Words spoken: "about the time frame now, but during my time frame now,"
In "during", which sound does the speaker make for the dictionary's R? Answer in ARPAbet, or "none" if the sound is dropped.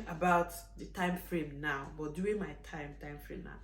none